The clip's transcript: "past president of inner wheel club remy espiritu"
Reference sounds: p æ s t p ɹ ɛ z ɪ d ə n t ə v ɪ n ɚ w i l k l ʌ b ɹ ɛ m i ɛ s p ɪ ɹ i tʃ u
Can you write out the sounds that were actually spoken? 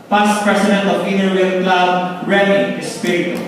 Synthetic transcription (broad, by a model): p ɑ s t p ɹ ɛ s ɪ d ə n t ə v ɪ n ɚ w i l k l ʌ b ɹ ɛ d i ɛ s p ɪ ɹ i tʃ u